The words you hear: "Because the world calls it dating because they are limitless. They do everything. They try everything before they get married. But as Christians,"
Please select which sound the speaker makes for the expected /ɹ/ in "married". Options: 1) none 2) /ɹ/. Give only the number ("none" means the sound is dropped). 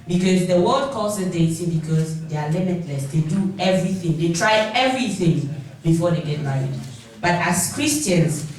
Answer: 1